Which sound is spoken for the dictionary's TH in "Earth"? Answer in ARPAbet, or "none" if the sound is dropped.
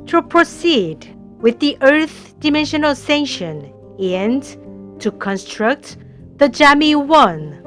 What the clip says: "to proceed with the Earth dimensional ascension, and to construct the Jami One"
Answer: TH